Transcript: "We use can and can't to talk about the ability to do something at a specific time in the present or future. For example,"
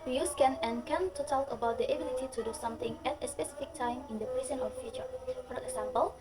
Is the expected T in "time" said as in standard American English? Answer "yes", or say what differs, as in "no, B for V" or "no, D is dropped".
yes